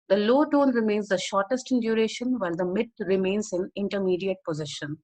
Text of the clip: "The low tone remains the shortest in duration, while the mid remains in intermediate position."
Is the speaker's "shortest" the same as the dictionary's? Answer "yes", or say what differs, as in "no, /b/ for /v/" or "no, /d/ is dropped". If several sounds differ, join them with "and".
yes